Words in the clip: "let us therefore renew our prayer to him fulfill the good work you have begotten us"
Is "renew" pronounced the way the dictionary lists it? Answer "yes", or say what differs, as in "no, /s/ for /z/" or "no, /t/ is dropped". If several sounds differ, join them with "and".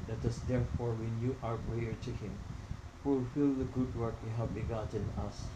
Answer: no, /w/ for /ɹ/